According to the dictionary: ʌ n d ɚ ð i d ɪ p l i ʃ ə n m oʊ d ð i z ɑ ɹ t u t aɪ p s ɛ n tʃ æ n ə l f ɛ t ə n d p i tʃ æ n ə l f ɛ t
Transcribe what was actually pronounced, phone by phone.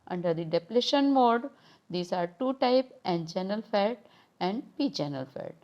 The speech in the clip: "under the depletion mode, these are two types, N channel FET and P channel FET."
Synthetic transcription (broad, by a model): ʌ n d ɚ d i d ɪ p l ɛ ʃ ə n m oʊ d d i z ɑ ɹ t u t aɪ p ɛ n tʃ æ n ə l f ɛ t ə n d p i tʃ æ n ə l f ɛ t